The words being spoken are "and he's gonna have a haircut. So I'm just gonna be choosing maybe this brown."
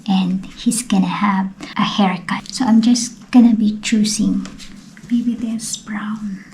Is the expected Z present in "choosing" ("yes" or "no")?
no